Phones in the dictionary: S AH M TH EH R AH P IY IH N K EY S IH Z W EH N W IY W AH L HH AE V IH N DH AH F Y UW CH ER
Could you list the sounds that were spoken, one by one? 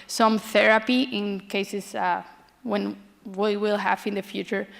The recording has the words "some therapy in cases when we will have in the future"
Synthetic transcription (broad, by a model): S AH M TH EH R AH P IY IH N K EY S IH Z W EH N W IY W AH L HH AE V IH N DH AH F Y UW CH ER